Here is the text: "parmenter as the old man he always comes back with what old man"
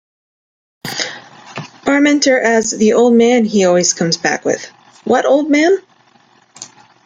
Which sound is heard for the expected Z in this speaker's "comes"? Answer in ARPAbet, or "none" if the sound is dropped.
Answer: Z